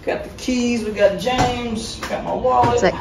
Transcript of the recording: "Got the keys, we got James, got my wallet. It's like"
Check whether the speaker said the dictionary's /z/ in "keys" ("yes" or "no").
yes